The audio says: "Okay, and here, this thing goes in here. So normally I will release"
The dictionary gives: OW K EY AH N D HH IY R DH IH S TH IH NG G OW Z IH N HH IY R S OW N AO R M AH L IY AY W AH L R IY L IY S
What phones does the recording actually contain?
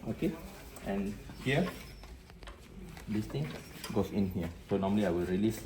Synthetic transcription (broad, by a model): OW K EY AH N HH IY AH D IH S T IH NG G OW S IH N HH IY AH S OW N AO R M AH L IY AY W AH L R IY L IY S